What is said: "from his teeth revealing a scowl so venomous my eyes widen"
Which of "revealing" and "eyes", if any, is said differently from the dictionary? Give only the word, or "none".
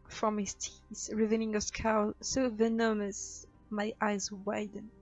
revealing